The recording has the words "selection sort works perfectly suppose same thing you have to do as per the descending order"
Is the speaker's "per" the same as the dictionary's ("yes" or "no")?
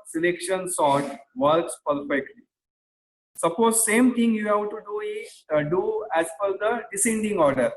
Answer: no